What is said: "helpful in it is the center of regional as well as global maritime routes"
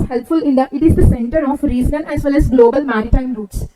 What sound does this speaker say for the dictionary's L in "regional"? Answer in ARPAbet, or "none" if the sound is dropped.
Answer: N